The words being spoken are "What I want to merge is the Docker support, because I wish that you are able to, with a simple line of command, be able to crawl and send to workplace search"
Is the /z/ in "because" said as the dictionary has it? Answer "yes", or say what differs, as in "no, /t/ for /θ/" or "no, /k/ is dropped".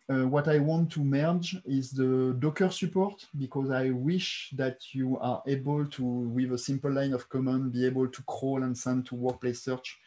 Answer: yes